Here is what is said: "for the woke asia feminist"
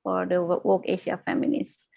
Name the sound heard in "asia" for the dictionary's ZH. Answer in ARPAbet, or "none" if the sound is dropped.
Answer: SH